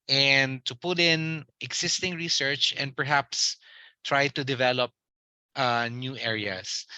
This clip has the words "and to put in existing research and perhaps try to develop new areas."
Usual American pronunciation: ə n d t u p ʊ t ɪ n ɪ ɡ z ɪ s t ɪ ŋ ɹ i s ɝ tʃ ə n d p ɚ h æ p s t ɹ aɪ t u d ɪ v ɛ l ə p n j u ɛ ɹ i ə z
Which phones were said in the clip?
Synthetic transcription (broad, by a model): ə n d t u p ʊ t ɪ n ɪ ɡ s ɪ s t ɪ ŋ ɹ i s ɝ tʃ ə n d p ɚ h æ p s t ɹ aɪ t u d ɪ v ɛ l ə p n j u ɛ ɹ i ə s